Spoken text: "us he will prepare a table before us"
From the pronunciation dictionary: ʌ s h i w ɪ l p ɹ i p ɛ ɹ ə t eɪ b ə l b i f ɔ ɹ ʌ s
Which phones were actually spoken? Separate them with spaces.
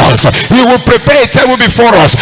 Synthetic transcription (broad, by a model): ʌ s h i w ɪ l p ɹ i p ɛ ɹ ə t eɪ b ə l b i f ɔ ɹ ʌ s